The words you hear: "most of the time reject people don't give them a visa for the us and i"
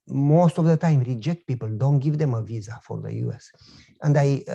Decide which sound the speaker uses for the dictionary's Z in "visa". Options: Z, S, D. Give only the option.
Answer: Z